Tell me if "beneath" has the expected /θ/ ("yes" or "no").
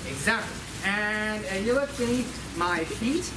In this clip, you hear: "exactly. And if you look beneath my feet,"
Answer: no